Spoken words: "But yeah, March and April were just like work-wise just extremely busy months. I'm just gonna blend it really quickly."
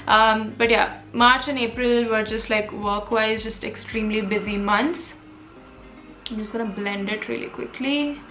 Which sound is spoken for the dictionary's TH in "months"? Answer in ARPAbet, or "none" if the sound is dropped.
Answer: T